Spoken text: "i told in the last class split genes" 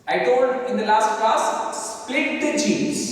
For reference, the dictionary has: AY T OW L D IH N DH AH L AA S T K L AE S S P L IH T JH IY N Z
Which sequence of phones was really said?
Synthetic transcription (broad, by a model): AY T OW D IH N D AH L AA S T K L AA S S P L IH T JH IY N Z